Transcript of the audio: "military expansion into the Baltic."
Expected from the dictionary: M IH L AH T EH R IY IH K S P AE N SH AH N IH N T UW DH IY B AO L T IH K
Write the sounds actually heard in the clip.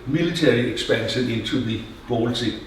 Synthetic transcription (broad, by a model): M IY L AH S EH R IY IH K S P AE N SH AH N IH N S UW DH IY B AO L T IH